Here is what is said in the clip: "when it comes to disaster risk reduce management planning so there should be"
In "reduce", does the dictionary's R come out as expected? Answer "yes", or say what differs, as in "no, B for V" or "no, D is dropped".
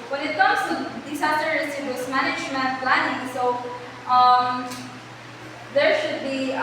no, W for R